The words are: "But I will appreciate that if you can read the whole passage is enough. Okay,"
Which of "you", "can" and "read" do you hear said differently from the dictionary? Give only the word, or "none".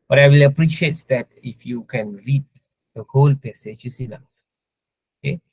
none